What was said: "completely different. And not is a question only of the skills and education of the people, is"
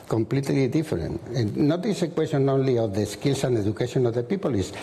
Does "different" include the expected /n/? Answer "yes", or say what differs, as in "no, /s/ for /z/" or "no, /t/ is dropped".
no, /n/ is dropped